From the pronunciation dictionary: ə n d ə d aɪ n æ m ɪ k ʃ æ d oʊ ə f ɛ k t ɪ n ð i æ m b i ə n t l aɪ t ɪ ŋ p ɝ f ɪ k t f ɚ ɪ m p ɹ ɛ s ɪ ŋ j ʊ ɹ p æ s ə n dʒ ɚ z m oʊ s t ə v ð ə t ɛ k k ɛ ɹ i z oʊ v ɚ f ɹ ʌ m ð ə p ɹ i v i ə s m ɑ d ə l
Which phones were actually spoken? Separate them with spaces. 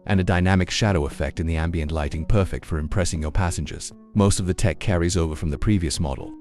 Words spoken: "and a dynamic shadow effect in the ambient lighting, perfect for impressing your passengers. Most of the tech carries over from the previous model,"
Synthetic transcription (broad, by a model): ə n ə d aɪ n æ m ɪ k ʃ æ d oʊ ə f ɛ k t ɪ n ð i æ m b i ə n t l aɪ t ɪ ŋ p ɝ f ɪ k t f ɚ ɪ m p ɹ ɛ s ɪ ŋ j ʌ ɹ p æ s ə n dʒ ɚ z m oʊ s t ə v ð ə t ɛ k k ɛ ɹ i z oʊ v ɚ f ɹ ʌ m ð ə p ɹ i v i ə s m ɑ d l